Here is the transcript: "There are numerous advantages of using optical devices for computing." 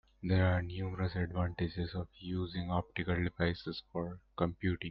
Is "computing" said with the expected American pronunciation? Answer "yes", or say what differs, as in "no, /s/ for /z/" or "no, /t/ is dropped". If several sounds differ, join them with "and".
yes